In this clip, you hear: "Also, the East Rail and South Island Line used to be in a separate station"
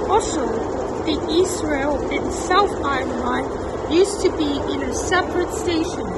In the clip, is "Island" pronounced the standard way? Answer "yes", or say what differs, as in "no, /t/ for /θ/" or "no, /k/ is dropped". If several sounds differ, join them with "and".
no, /l/ is dropped